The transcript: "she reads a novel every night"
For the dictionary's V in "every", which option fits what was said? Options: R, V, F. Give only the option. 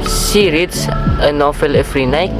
F